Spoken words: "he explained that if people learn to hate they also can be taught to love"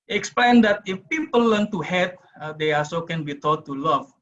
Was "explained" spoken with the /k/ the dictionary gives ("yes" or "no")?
yes